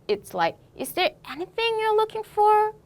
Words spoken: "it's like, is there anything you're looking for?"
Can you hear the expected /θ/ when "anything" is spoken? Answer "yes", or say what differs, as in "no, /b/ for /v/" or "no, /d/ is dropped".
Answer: yes